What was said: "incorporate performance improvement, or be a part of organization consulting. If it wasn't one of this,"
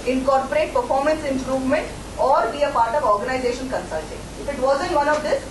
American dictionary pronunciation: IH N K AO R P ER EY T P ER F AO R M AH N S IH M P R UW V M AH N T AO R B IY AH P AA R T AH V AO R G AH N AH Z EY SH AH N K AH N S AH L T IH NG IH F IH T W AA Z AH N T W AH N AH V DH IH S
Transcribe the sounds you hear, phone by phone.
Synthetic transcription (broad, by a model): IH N K AO R P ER EY T P ER F AO R M AH N S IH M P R UW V M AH N T AO R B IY AH P AA R T AH V AO R G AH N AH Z EY SH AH N K AH N S AH L T IH NG IH F IH T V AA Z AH N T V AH N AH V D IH S